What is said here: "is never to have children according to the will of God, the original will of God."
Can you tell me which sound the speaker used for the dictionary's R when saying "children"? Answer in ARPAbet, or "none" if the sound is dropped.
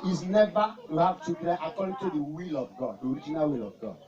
none